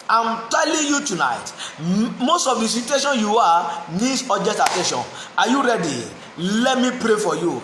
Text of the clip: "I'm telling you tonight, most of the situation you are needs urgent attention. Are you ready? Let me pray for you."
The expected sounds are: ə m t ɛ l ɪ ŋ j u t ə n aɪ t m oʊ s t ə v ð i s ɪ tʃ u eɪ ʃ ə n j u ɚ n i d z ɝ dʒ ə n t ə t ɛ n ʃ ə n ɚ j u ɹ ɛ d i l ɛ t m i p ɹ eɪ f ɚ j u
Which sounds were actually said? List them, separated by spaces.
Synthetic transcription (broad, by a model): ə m t ɛ l ɪ ŋ j u t ə n aɪ t m oʊ s t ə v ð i s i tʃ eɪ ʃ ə n j u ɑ n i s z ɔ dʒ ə t ə t ɛ n ʃ ə n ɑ j u ɹ ɛ d i l ɛ t m i p ɹ eɪ f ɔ j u